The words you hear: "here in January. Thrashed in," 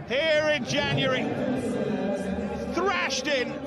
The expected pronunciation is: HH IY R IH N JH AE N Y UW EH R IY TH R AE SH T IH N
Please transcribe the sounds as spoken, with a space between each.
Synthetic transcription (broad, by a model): HH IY R IH N JH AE N Y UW R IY TH R AE SH T IH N